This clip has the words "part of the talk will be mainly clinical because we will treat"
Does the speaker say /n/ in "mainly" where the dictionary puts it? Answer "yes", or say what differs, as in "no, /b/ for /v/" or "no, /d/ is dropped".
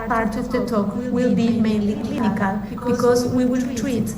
yes